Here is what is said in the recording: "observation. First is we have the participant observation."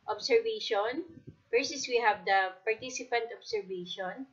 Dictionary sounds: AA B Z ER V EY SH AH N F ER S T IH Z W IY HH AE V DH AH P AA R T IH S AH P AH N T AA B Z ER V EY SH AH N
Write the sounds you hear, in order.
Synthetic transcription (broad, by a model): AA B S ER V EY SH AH N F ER S IH S W IY HH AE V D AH P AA R T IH S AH P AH N T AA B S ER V EY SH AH N